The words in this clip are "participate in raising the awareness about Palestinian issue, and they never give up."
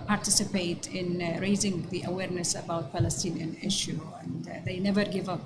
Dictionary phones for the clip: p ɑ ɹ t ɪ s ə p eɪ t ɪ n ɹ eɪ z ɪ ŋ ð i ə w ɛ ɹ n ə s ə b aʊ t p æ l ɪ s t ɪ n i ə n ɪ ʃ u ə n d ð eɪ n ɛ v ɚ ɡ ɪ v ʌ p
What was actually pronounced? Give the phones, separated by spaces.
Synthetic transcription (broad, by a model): p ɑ ɹ t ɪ s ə p eɪ t ɪ n ɹ eɪ z ɪ ŋ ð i ə w ɛ ɹ n ə s ə b aʊ t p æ l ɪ s t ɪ n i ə n ɪ ʃ u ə n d ð eɪ n ɛ v ɚ ɡ ɪ v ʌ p